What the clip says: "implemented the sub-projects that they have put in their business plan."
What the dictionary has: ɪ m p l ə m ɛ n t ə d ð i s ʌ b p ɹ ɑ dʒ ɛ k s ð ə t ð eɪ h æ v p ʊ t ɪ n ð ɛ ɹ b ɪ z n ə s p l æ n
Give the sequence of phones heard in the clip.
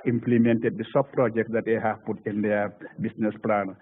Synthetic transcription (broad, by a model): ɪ m p l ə m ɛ n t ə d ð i s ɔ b p ɹ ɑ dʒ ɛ k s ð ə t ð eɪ h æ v p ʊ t ɪ n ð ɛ b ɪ s n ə s p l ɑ n